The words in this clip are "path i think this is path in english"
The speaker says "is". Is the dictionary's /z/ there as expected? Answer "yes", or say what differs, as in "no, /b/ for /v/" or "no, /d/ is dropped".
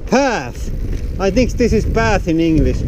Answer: yes